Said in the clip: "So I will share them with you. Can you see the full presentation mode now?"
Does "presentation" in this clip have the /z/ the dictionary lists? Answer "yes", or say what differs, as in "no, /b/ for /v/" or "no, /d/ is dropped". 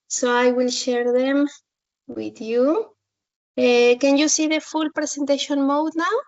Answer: no, /s/ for /z/